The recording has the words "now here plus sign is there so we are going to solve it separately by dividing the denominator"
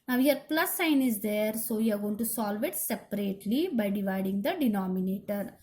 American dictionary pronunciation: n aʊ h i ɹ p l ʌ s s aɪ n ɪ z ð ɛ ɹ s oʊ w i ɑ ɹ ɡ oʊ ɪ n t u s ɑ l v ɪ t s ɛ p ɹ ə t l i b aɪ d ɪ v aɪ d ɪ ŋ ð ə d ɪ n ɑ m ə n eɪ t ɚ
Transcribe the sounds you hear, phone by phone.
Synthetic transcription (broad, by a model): n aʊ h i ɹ p l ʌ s s aɪ n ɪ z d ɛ ɹ s oʊ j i ɑ ɹ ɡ oʊ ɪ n t u s ɑ l v ɪ t s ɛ p ɹ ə t l i b aɪ d ɪ v aɪ d ɪ ŋ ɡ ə d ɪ n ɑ m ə n eɪ t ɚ